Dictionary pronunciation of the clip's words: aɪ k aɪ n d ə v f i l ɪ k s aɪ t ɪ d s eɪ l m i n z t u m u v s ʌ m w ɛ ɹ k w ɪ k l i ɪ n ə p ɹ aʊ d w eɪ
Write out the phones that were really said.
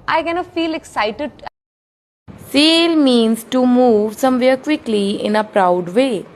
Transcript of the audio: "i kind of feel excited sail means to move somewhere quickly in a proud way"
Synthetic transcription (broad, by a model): aɪ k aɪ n ə f i l ɪ k s aɪ t ɪ d s eɪ l m i n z t u m u v s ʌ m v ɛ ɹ k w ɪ k l i ɪ n ə p ɹ aʊ d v eɪ